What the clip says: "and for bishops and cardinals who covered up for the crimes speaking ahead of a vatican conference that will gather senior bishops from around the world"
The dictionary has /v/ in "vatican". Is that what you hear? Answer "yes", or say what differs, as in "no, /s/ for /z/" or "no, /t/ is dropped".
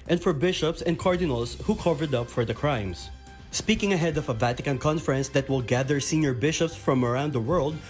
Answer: yes